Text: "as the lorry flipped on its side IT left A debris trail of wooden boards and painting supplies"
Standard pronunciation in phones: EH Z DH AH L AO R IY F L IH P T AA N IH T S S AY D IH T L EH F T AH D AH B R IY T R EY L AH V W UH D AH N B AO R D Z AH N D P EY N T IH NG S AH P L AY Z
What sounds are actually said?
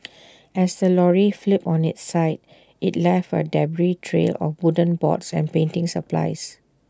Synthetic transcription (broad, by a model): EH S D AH L AO R IY F L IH P AA N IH T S S AY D IH T L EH F AH D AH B R IY T R EY L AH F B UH D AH N B AO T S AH N P EY N T IH NG S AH P L AY S